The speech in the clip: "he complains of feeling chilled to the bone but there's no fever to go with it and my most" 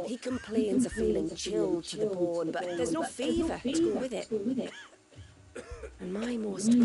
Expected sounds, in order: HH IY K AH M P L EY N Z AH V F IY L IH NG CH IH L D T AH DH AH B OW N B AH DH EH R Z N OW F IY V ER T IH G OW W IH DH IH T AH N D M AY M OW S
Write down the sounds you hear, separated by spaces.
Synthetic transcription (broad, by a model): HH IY K AH M P L EY N Z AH F IY L IH NG CH IH L D T AH DH AH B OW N B AH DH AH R Z N OW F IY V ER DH IH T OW W IH DH IH T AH N M AY M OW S